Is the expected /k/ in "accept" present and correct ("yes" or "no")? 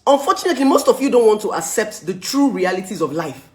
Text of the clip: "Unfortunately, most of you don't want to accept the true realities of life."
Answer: yes